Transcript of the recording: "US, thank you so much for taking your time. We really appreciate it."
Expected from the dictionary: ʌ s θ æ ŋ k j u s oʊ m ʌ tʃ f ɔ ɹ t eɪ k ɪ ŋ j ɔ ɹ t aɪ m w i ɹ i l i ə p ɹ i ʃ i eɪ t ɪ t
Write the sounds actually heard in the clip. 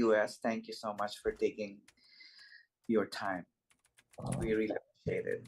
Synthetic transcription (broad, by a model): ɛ s t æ ŋ k j u s oʊ m ʌ tʃ f ɔ ɹ t eɪ k ɪ ŋ j ɔ ɹ t aɪ m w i ɹ i l i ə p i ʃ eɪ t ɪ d